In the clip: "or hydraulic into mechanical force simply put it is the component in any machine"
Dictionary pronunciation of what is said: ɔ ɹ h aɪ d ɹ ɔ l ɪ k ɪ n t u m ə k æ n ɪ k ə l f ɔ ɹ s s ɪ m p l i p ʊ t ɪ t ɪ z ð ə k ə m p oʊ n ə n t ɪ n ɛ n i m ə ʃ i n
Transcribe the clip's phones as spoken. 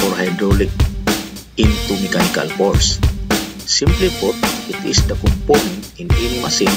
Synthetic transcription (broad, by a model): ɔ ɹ h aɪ d ɹ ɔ l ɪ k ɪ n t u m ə k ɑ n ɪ k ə l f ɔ ɹ s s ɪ m p l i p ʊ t ɪ t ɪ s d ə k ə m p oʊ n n ɪ n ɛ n m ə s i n